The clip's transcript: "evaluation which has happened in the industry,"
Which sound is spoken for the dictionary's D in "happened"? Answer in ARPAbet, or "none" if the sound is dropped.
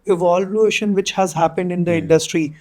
D